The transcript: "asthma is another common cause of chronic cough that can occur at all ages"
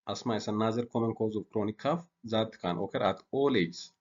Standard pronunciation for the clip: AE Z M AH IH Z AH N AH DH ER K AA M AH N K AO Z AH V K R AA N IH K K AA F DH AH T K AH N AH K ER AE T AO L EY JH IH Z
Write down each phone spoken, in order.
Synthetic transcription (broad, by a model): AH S M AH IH S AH N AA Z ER K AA M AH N K AO Z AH F K R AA N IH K K AA F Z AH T K AH N AH K ER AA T AO L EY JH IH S